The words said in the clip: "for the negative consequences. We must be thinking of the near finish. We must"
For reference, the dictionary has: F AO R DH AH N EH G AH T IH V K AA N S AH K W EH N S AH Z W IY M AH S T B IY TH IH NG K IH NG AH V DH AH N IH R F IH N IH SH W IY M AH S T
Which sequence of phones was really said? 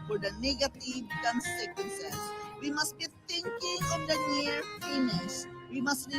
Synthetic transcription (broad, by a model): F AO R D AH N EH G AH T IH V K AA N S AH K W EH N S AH S W IY M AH S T B IY T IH NG K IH NG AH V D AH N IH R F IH N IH S W IY M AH S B